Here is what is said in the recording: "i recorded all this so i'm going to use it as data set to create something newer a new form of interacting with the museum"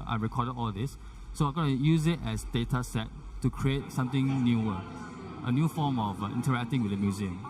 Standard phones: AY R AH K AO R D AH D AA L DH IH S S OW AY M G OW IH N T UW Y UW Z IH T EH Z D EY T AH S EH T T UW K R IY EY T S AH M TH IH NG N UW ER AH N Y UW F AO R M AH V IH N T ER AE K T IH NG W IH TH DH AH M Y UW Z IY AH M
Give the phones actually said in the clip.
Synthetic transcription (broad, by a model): AY R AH K AO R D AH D AA L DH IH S S OW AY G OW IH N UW Y UW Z IH T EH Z D EY T AH S EH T T UW K R IY EY T S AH M T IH NG N UW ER AH N Y UW F AO M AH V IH N T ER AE K T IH NG W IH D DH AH M Y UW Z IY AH M